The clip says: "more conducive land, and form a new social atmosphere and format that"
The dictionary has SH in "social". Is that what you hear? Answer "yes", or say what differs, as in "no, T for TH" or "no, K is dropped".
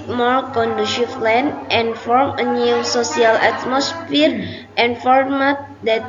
no, S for SH